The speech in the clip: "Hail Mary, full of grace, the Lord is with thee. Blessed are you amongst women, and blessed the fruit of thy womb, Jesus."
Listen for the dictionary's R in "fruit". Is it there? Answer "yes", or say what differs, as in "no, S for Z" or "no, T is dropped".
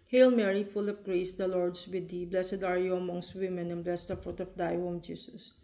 yes